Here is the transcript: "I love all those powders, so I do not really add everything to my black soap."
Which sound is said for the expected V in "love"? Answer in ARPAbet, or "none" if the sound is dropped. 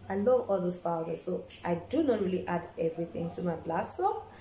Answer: V